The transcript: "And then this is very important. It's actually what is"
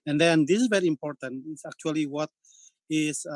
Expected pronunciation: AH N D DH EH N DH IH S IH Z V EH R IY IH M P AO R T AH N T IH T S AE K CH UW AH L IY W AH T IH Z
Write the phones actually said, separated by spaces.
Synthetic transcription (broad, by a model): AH N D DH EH N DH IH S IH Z V EH R IY IH M P AO R T AH N T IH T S AE K CH UW AH L IY W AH T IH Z